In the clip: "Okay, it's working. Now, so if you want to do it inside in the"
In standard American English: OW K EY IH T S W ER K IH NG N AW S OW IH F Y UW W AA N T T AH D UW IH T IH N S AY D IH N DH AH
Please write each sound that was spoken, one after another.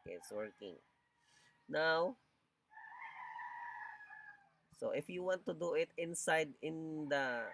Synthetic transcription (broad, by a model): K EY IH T S W ER K IH NG N AW S OW IH F Y UW W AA N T T AH D UW IH T IH N S AY D IH N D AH